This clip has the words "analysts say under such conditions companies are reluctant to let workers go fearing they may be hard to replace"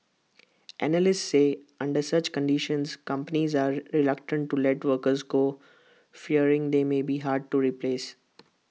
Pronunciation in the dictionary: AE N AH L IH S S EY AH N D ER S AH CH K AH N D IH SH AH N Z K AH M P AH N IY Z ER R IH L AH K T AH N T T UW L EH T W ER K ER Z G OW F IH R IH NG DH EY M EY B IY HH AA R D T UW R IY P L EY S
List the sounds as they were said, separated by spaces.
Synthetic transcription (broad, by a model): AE N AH L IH S S EY AH N D ER S AH CH K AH N D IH SH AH N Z K AH M P AH N IY Z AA R IH L AH K T AH N T T UW L EH T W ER K ER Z G OW F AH R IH NG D EY M EY B IY HH AA R D T UW R IY P L EY S